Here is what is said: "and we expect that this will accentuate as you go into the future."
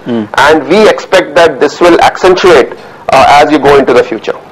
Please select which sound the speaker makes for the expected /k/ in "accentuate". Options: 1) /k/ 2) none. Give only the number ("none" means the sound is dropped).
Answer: 1